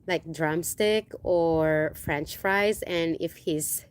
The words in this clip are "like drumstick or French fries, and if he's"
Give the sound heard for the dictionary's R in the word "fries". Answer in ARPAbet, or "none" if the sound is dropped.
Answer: R